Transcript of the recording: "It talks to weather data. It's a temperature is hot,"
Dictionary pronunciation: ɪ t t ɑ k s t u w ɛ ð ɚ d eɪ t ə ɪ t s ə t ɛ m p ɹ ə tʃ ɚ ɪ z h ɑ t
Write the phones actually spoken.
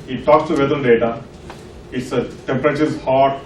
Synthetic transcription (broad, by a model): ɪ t t ɑ k s t u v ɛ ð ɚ d eɪ t ə ɪ t s ə t ɛ m p ɹ ə tʃ ɚ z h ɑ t